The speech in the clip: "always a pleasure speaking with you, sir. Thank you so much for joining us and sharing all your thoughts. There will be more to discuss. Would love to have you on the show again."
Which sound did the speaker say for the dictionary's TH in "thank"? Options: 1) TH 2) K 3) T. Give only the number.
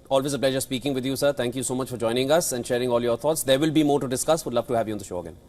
3